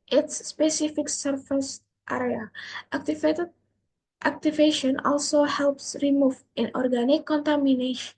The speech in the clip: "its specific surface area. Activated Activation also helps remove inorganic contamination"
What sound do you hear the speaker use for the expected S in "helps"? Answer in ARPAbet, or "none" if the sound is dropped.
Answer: S